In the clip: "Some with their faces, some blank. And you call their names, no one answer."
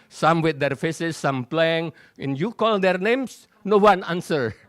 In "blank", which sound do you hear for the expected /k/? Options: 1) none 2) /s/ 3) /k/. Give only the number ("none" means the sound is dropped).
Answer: 1